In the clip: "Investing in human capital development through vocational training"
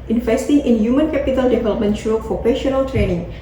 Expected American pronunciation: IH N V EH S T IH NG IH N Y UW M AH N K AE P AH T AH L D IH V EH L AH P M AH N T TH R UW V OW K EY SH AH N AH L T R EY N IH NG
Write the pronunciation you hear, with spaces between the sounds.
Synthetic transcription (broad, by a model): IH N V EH S T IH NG IH N Y UW M AH N K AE P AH T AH L D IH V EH L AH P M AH N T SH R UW F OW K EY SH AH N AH L T R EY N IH NG